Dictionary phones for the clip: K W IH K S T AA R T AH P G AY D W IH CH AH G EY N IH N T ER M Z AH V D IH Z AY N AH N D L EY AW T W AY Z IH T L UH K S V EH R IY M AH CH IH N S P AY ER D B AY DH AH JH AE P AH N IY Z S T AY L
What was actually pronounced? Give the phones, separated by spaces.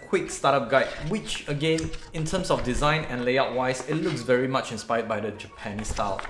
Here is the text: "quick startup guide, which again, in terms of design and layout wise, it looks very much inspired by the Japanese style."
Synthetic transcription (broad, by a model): K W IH K S T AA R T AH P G AY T W IH CH AH G EY N IH N T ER M S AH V D IH Z AY N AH N L EY AW T W AY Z IH T L UH K S V EH R IY M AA CH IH N S P AY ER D B AY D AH JH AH P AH N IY S T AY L